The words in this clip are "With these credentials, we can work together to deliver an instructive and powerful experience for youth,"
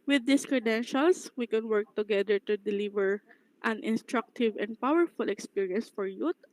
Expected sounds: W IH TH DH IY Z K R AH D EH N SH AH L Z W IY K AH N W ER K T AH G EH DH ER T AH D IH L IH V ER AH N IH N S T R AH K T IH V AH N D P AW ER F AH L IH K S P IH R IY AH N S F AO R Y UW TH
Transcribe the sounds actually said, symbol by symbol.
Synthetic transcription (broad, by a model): W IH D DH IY S K R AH D EH N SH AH L S W IY K AH N W ER K T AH G EH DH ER T AH D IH L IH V ER AH N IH N S T R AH K T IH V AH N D P AW ER F AH L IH K S P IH R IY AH N S F AO R Y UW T